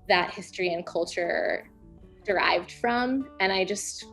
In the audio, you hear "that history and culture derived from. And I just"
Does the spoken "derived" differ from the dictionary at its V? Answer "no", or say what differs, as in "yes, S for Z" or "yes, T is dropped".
no